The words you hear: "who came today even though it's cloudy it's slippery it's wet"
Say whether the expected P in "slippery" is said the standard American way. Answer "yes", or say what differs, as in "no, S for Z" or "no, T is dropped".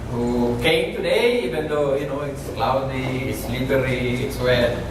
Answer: no, B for P